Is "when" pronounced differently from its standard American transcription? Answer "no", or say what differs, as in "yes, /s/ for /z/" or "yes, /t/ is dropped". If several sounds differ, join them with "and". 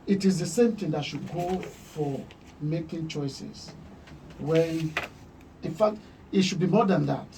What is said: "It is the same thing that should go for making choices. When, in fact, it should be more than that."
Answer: yes, /n/ is dropped